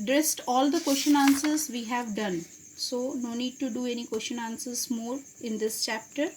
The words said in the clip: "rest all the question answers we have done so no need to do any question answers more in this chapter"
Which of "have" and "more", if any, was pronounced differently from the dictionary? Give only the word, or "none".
none